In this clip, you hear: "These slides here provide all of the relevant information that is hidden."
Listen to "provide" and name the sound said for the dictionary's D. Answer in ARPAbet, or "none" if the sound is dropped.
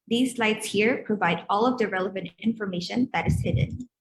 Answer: D